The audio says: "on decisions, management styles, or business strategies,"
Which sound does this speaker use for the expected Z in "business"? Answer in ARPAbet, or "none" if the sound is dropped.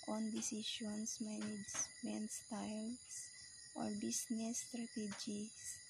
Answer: S